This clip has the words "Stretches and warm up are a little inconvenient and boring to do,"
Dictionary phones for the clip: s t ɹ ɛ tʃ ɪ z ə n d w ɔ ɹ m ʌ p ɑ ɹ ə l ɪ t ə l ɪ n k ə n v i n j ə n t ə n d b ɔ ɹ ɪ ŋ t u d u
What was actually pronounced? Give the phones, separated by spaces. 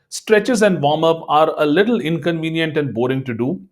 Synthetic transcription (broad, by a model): s t ɹ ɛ tʃ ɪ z ə n d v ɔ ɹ m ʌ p ɑ ɹ ə l ɪ t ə l ɪ n k ə n v i n j ə n t ə n d b ɔ ɹ ɪ ŋ t u d u